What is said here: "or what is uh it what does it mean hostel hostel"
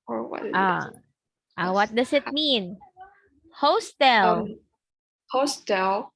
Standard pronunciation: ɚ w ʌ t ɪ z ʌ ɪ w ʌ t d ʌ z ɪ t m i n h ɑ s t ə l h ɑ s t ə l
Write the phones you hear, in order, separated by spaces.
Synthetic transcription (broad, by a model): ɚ w ʌ t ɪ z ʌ ɪ w ʌ t d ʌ s ɪ t m i n h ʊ s t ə l h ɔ s t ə l